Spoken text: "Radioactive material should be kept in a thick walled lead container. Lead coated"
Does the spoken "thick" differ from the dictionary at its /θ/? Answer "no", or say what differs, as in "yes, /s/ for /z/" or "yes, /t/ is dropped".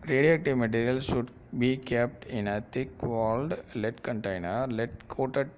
yes, /t/ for /θ/